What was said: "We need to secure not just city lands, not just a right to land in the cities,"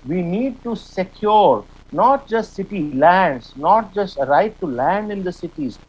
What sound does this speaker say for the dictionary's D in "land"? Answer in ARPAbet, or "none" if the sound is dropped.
D